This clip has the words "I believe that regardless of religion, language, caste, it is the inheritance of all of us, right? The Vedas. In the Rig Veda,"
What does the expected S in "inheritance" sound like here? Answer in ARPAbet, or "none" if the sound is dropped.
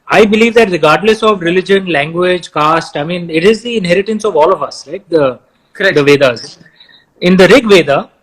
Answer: S